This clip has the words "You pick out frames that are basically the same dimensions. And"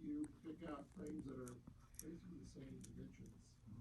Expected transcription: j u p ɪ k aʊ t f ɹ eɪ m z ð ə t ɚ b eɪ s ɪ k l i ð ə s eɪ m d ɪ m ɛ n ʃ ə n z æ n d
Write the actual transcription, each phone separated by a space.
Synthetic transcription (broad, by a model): j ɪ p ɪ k aʊ t f ɹ eɪ m z ð ə t ɚ b eɪ s ɪ k l i ð ə s eɪ m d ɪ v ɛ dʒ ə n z